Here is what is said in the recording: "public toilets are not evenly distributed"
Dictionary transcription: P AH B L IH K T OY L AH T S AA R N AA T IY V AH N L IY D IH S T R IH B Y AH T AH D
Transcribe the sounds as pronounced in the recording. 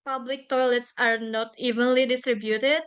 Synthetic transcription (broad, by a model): P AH B L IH K T OY L AH T S AA R N AA T IY V AH N L IY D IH S T R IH B Y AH T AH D